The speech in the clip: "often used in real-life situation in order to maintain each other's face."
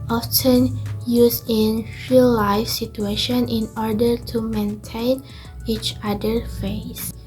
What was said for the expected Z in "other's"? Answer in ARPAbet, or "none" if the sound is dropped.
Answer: none